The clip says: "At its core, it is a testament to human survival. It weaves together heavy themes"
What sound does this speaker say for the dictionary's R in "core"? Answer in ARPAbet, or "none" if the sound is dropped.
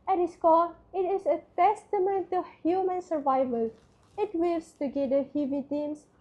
L